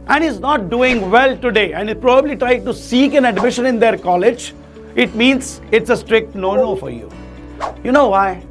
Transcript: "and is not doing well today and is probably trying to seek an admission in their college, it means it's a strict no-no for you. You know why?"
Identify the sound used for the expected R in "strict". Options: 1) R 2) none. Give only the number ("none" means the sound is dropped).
1